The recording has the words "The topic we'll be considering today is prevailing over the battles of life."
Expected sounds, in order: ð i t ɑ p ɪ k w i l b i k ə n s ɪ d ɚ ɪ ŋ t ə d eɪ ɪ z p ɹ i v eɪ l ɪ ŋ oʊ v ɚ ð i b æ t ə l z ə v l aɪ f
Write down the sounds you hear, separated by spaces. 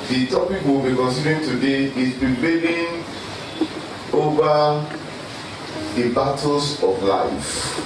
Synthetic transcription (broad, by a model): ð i t ɑ p ɪ k w i l b i k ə n s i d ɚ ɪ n t ə d eɪ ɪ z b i b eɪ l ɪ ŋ oʊ v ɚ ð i b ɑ t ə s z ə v l aɪ f